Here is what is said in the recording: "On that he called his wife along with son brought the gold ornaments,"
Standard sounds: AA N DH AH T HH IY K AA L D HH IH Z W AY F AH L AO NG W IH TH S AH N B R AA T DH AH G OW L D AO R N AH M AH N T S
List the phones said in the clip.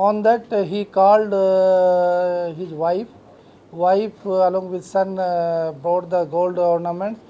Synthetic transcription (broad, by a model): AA N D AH T HH IY K AA L D HH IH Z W AY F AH L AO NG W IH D S AH N B AA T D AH G OW L D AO R N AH M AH N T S